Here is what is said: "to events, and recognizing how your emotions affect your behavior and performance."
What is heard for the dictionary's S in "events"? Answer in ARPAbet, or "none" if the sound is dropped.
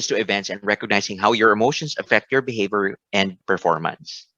S